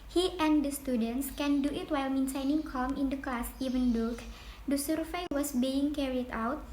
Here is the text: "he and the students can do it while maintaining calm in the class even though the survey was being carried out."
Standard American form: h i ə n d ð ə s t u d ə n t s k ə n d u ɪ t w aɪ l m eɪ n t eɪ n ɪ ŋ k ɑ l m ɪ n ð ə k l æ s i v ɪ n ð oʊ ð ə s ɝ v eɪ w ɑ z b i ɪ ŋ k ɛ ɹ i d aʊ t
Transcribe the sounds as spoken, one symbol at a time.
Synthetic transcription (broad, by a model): h i ə n d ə s t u d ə n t s k ə n d u ɪ t w aɪ l m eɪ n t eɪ n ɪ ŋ k ɑ l m ɪ n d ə k l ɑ s i v ɪ n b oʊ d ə s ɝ f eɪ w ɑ s b i ɪ ŋ k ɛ ɹ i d aʊ t